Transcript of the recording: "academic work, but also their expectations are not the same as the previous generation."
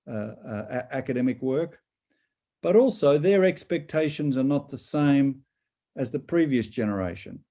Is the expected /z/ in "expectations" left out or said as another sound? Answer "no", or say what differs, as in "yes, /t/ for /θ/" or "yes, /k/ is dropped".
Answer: no